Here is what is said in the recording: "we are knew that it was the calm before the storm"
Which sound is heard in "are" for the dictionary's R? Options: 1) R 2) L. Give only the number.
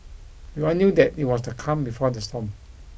2